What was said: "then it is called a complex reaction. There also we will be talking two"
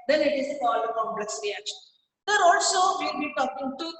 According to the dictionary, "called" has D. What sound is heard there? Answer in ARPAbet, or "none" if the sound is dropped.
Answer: none